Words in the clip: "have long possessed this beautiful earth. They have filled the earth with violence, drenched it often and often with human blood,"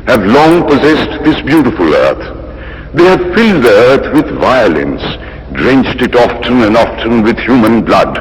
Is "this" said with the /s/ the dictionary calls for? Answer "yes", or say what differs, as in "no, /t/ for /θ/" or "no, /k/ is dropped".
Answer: yes